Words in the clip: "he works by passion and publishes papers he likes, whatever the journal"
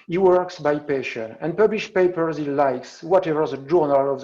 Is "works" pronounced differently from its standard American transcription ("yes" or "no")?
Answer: no